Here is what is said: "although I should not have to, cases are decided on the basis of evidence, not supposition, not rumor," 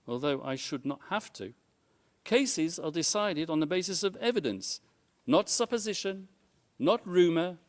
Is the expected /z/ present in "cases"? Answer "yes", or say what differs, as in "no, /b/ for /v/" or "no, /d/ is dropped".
yes